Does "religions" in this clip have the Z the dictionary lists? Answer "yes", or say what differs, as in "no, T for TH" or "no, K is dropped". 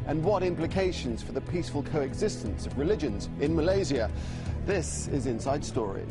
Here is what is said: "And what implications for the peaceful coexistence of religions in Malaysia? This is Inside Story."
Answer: yes